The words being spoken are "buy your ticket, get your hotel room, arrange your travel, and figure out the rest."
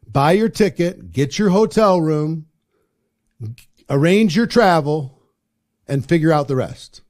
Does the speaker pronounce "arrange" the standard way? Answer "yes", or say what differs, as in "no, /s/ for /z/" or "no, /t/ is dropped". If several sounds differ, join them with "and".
yes